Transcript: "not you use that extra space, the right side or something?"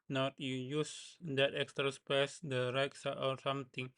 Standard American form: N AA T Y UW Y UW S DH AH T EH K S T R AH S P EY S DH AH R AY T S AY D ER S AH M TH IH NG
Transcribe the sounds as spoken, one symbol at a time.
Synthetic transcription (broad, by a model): N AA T Y UW Y UW S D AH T EH K S T R AH S P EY S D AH R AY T S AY AO S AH M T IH NG